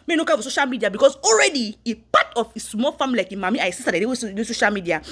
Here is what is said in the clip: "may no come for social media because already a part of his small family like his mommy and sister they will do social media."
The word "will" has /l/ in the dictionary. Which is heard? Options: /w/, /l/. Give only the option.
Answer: /w/